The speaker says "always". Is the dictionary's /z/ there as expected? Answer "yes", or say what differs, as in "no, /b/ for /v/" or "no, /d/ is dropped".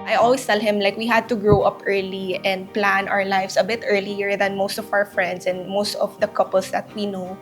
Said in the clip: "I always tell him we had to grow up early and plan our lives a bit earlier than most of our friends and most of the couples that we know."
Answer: no, /s/ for /z/